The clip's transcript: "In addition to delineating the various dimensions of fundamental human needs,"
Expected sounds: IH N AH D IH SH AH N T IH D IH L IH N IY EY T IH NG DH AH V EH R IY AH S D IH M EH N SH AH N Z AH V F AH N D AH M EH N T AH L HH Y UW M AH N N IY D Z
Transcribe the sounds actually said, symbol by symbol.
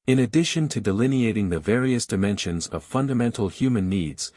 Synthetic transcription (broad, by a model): IH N AH D IH SH AH N T IH D IH L IH N IY EY T IH NG DH AH V EH R IY AH S D IH M EH N SH AH N Z AH V F AH N D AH M EH N T L HH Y UW M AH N N IY D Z